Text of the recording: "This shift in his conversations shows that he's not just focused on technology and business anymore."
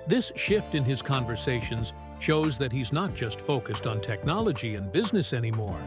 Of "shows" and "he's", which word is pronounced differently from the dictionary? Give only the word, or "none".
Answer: none